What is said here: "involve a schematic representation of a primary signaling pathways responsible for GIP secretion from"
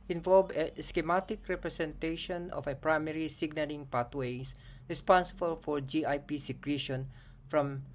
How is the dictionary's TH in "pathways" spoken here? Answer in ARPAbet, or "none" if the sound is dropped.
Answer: T